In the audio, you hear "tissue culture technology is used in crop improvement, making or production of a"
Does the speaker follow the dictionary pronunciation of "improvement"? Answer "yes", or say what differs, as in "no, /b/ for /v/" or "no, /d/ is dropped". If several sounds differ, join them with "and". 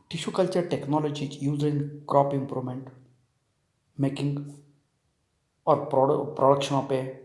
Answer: no, /v/ is dropped